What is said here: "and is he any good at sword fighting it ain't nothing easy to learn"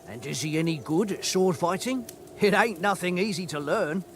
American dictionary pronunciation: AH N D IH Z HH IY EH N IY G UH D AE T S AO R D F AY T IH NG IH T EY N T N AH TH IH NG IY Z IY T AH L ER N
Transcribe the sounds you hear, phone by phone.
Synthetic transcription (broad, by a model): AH N IH Z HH IY EH N IY G UH D S AO R D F AY T IH NG IH T EY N N AH TH IH NG IY Z IY T AH L ER N